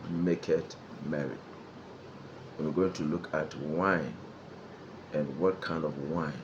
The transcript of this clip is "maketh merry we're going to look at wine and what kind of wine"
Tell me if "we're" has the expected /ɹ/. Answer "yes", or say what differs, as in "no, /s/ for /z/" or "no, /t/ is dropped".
no, /w/ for /ɹ/